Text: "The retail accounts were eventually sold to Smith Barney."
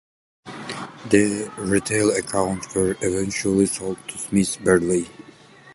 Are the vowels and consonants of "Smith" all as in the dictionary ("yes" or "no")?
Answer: no